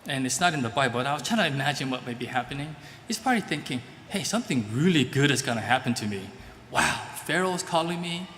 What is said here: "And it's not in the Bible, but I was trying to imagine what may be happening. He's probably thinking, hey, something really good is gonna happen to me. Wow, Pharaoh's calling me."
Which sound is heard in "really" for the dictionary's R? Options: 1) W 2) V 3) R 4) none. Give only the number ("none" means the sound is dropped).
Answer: 3